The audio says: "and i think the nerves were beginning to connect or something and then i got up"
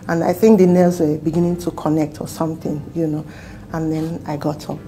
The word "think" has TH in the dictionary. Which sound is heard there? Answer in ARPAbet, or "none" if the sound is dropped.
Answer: TH